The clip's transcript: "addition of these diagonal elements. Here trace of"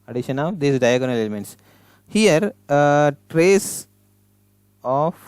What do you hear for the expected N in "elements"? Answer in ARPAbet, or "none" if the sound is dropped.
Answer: N